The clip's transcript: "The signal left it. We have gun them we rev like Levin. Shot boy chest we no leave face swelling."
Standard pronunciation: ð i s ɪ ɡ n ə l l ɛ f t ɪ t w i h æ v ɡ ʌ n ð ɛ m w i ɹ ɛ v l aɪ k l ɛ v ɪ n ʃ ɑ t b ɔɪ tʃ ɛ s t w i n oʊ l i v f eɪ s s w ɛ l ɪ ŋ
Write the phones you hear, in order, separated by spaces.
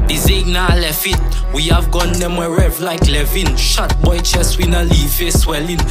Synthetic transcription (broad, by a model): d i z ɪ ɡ n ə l l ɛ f ɪ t w i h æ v ɡ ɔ n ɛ m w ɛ ɹ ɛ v l aɪ k l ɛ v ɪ n ʃ ɑ t b ɔɪ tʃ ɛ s w i n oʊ l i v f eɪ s s w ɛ l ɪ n